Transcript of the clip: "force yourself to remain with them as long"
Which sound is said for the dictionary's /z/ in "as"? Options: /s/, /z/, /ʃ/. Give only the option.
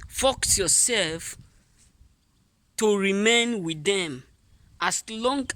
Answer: /s/